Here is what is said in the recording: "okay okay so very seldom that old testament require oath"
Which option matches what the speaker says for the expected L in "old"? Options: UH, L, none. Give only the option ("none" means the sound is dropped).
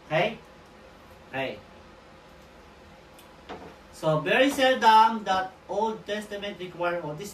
L